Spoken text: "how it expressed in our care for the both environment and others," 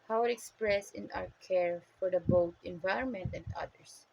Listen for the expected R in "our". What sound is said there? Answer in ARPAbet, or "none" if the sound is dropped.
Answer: W